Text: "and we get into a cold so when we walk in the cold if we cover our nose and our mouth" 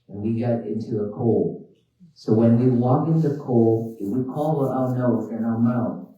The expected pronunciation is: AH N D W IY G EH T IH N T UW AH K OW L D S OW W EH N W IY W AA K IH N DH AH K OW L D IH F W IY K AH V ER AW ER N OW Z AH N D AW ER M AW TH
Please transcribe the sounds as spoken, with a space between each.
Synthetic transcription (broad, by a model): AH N W IY G EH T IH N T UW AH K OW L S OW W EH N W IY W AA K IH N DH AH K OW L IH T W IY K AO W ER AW N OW AH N AW ER M AW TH